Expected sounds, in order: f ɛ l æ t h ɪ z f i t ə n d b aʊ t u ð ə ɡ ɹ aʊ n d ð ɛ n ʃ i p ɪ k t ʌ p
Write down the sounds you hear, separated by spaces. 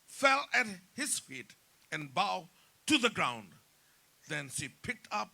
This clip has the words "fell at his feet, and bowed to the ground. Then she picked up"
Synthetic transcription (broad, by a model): f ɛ l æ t h ɪ z f i t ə n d b aʊ t u ð ə ɡ ɹ aʊ n d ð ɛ n ʃ i p ɪ k t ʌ p